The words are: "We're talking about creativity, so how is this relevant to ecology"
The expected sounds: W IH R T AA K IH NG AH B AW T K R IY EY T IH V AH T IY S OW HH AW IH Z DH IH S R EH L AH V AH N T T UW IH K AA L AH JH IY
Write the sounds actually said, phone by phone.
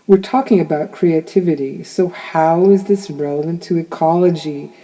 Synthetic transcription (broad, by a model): W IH R T AA K IH NG AH B AW T K R IY EY T IH V AH T IY S OW HH AW IH Z DH IH S R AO AH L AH N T T UW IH K AA L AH JH IY